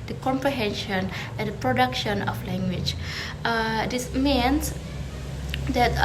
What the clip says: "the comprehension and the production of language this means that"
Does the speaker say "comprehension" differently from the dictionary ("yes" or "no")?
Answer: no